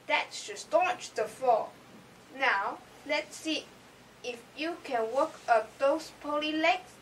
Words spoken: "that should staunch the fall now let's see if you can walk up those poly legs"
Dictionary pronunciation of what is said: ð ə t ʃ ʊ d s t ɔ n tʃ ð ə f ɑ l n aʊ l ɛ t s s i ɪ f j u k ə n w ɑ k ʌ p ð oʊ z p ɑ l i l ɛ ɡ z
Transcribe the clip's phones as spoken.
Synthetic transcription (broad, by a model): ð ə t s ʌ s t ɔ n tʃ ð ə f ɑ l n aʊ l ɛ t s s i ɪ f j u k ə n w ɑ k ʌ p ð oʊ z p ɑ l i l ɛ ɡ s